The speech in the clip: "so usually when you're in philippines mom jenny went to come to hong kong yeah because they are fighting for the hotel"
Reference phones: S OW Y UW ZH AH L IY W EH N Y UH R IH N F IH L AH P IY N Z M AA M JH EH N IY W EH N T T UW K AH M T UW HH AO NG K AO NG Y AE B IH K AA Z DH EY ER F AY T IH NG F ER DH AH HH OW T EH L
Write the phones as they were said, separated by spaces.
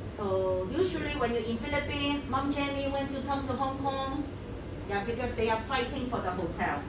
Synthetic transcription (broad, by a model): S OW Y UW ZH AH L IY W EH N Y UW IH N F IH L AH P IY N M AA M JH EH N IY W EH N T T UW K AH M T UW HH AO NG K AO NG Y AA B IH K AA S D EY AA F AY T IH NG F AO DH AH HH OW T EH L